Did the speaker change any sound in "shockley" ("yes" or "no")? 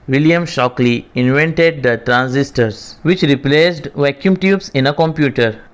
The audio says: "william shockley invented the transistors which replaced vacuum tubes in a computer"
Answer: no